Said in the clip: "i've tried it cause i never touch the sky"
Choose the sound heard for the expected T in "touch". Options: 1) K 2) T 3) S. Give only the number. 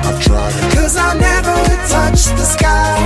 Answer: 2